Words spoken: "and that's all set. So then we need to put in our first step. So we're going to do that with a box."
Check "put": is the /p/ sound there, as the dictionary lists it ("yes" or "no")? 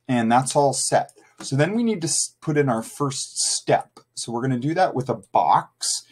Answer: yes